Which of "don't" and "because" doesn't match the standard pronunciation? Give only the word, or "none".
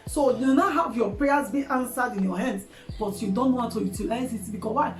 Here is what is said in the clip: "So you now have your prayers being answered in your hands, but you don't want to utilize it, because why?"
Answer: because